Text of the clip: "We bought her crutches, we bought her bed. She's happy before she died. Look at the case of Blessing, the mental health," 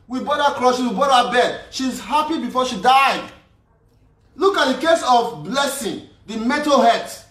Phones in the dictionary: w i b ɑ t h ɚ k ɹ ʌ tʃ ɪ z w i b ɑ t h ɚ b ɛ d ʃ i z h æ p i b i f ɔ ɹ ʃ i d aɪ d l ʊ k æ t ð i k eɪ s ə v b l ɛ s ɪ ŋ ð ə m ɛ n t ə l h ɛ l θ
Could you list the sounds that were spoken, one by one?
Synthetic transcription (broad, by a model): w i b ɑ t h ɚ k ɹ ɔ ʃ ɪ w i b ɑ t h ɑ b ɛ d ʃ i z h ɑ p i b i f ɔ ʃ i d aɪ d l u k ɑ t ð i k eɪ s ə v b l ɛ s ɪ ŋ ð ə m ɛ t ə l h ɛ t